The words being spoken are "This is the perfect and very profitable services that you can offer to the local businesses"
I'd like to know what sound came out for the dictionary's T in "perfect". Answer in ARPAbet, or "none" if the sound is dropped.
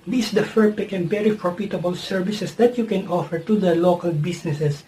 none